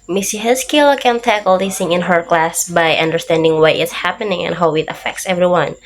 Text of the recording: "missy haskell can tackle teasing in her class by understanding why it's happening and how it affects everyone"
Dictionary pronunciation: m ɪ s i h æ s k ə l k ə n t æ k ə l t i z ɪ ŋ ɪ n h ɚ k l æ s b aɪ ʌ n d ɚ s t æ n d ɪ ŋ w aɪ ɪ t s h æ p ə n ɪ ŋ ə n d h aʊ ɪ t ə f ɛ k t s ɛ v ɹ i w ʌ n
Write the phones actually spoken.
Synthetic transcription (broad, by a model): m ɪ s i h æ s k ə l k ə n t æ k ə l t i s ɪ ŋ ɪ n h ɚ k l æ s b aɪ ʌ n d ɚ s t æ n d ɪ ŋ w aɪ ɪ t s h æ p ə n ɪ ŋ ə n h aʊ ɪ t ə f ɛ k t s ɛ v ɹ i w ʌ n